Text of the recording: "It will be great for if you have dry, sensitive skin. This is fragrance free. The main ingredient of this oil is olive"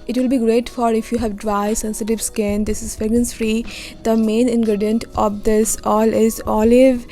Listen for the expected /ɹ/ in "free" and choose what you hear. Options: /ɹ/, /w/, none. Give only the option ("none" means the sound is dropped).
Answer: /ɹ/